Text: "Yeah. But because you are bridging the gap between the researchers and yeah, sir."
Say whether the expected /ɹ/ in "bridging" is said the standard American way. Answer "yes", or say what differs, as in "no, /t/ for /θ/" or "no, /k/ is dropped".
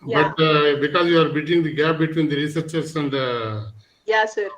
no, /ɹ/ is dropped